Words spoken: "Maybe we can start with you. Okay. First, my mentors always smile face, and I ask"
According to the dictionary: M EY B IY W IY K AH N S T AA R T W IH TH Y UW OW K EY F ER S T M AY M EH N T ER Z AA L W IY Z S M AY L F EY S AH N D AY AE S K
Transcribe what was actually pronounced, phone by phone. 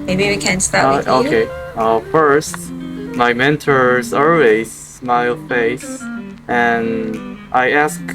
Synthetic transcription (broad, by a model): M EY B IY W IY K AH N S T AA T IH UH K EY F ER S T M AY M EH N T ER Z AA L W IY Z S M AY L F EY S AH N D AY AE S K